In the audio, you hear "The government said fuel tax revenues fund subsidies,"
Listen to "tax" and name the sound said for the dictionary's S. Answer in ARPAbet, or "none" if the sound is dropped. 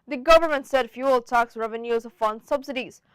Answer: S